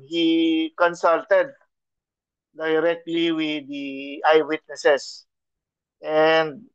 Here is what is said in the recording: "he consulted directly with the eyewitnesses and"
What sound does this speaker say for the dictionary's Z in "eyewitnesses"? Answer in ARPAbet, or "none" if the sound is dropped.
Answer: S